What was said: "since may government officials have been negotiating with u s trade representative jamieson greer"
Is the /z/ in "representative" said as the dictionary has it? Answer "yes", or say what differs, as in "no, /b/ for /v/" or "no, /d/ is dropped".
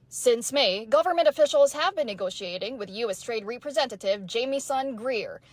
yes